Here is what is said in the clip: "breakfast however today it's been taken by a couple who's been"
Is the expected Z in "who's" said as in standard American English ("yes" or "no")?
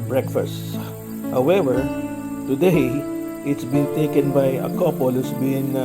no